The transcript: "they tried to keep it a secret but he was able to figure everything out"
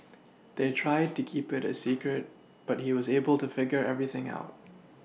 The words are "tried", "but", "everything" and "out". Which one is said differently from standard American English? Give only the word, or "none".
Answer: none